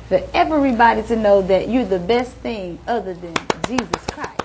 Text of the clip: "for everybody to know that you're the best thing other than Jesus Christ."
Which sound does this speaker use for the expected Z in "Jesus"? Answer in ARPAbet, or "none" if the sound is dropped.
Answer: Z